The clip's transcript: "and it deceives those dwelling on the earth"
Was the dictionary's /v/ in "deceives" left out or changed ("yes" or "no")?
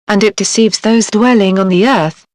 no